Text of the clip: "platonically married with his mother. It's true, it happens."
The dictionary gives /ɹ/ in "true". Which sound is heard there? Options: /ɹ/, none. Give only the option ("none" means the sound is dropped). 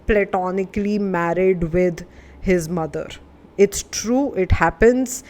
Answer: /ɹ/